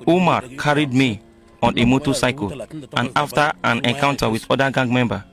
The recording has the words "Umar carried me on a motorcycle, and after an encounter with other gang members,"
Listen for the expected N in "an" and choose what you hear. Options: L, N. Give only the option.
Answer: N